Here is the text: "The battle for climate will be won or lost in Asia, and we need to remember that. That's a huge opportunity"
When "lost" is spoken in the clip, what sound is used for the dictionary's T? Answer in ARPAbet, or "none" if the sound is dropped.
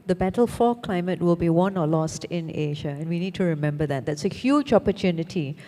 T